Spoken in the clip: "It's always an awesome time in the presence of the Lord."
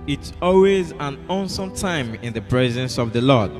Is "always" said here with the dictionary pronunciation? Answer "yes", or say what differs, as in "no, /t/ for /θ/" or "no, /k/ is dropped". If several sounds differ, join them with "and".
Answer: yes